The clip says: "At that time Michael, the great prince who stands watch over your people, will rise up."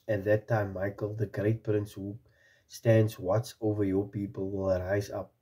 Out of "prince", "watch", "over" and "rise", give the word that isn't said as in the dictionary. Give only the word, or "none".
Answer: watch